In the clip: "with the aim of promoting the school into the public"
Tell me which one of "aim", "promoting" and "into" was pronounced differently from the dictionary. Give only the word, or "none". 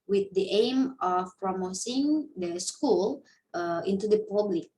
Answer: promoting